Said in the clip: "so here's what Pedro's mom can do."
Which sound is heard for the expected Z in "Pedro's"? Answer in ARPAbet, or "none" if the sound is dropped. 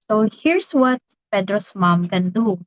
S